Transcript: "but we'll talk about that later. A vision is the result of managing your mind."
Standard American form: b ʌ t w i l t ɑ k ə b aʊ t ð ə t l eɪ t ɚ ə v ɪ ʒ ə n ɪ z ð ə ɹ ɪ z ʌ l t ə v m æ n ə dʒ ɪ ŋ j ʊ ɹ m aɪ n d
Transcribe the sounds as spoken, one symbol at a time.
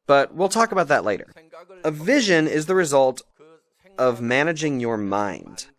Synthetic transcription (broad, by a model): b ʌ t w i l t ɑ k ə b aʊ t ð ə t l eɪ t ɚ ə v ɪ ʒ ə n ɪ z ð ə ɹ ɪ z ʌ l t ə v m æ n ə dʒ ɪ ŋ j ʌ ɹ m aɪ n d